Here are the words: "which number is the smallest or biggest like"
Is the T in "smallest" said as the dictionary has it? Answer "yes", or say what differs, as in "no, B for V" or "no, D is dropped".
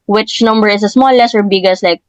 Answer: no, T is dropped